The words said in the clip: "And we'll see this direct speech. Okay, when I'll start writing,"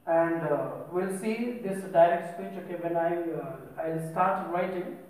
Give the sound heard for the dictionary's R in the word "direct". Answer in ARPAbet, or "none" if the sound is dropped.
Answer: R